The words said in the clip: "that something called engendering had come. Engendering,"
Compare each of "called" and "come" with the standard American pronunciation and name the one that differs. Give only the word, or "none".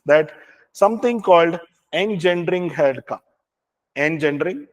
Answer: come